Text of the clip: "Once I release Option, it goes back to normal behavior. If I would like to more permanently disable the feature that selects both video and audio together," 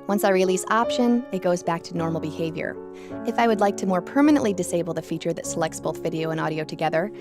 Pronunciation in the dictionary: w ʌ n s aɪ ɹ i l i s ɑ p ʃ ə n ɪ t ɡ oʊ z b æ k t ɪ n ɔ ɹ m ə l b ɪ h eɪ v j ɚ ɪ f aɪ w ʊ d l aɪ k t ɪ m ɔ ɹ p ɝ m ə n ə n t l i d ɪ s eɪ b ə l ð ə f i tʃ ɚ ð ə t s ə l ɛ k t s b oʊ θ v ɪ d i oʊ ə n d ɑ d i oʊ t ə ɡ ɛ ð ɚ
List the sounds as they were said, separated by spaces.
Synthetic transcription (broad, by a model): w ʌ n s aɪ ɹ i l i s ɑ p ʃ ə n ɪ t ɡ oʊ z b æ k t ɪ n ɔ ɹ m l b ɪ h eɪ v j ɚ ɪ f aɪ w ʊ d l aɪ k t ɪ m ɔ ɹ p ɝ m ə n ə n t l i d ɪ s eɪ b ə l ð ə f i tʃ ɚ ð ə t s ə l ɛ k t s b oʊ θ v ɪ d i oʊ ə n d ɑ d i oʊ t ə ɡ ɛ ð ɚ